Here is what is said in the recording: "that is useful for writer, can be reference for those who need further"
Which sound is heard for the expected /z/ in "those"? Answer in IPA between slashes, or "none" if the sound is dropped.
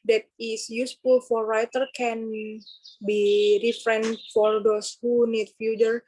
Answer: /s/